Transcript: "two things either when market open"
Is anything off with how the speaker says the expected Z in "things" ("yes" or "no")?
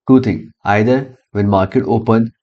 yes